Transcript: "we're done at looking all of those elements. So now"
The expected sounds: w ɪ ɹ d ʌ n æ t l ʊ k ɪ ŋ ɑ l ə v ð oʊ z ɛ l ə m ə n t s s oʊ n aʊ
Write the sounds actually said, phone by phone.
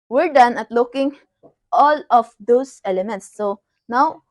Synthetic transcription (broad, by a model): w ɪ ɹ d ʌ n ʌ t l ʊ k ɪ ŋ ɑ l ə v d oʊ s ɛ l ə m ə n t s s oʊ n aʊ